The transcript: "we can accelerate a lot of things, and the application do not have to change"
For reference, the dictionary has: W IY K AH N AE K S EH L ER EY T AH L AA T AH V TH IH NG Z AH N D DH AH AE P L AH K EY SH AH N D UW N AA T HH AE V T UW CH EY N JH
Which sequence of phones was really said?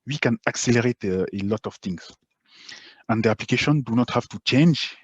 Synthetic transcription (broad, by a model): W IY K AH N AE K S EH L ER EY T AH L AA T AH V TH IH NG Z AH N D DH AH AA P L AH K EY SH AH N D UW N AA T HH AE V T UW CH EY N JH